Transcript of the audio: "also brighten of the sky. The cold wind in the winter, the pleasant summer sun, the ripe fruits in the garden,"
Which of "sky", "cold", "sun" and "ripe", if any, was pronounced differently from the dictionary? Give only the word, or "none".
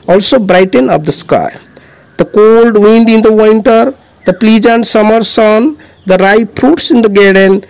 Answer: none